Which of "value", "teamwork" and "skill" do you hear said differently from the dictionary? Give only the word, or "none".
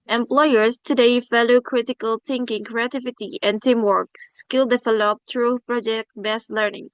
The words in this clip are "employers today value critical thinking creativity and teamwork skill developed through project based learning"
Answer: value